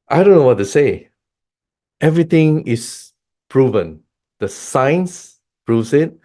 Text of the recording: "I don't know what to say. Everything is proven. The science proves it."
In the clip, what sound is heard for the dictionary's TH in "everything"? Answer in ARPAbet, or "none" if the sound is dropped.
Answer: T